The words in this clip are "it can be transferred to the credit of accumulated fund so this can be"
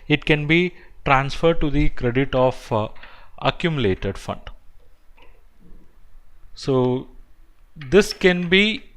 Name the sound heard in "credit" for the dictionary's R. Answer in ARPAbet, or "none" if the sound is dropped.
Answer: R